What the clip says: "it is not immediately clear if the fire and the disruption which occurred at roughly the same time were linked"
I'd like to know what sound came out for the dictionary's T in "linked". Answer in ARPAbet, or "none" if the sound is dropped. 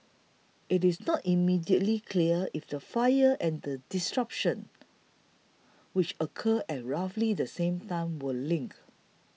none